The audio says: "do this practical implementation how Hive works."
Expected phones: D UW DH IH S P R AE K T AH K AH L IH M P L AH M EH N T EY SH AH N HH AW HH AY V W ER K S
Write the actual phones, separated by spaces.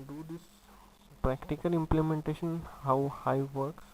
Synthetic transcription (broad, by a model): D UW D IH S P R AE K T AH K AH L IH M P L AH M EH N T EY SH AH N HH AW HH AY V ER K S